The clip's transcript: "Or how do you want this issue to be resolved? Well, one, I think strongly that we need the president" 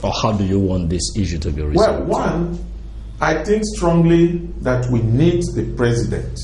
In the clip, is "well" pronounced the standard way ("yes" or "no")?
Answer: yes